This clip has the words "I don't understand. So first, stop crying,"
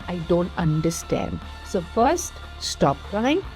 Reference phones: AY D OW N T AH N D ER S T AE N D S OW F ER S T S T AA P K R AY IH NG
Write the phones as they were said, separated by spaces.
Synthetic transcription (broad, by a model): AY D OW N T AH N D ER S T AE N D S OW F ER S T S T AA P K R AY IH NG